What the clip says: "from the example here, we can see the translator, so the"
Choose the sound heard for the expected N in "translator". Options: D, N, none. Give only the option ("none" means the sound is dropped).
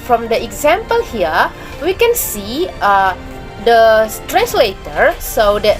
none